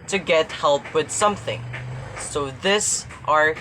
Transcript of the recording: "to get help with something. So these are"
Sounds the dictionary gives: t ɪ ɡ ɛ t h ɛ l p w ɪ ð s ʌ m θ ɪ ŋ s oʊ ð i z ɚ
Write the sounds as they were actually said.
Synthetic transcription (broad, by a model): t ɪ ɡ ɛ t h ɛ l p w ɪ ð s ʌ m θ ɪ ŋ s oʊ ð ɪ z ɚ